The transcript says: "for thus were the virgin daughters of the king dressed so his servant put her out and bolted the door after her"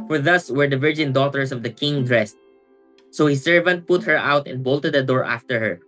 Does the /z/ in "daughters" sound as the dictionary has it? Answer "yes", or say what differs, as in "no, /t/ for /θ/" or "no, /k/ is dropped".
no, /s/ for /z/